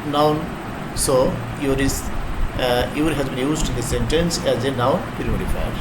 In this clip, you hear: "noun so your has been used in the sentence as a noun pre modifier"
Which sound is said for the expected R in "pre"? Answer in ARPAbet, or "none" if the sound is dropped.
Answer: none